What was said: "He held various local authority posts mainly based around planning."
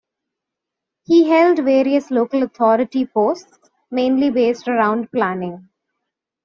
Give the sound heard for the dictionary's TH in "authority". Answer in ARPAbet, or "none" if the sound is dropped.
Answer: T